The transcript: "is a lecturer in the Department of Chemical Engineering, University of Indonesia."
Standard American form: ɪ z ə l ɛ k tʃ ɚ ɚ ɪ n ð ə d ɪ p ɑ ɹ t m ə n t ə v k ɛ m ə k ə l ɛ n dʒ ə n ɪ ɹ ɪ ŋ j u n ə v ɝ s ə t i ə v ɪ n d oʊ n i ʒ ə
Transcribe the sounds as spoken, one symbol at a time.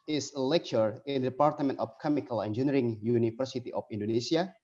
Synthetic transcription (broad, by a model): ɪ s ə l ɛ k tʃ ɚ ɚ ɪ n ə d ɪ p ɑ ɹ t m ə n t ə f k ɛ m ə k ə l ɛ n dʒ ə n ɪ ɹ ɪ ŋ j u n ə f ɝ s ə t i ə f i n d oʊ n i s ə